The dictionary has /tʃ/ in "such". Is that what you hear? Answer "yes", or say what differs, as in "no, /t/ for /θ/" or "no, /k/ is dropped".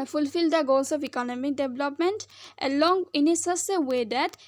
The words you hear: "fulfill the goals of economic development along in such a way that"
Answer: no, /s/ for /tʃ/